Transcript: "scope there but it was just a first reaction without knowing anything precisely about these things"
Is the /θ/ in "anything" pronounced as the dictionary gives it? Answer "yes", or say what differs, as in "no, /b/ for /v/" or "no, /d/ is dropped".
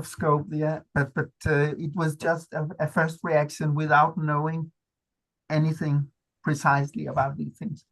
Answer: yes